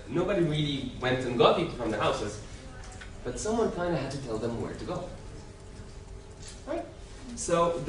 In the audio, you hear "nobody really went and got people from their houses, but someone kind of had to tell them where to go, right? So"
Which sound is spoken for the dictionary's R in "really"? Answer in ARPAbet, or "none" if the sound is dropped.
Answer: R